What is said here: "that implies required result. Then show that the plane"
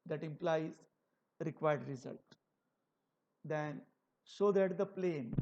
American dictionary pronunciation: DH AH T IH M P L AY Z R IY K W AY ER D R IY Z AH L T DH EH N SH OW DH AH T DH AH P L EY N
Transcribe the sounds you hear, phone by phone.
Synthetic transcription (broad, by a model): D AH T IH M P L AY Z R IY K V AY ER D R IY Z AH L T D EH N S OW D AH T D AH P L EY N